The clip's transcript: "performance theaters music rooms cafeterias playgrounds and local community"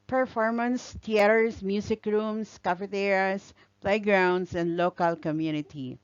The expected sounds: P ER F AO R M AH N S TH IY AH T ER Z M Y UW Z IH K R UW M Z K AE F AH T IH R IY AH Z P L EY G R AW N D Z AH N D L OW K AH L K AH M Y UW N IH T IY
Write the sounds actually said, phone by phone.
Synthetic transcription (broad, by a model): P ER F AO R M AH N S T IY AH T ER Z M Y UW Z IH K R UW M S K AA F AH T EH R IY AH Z P L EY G R AW N D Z AH N D L OW K AH L K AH M Y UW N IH T IY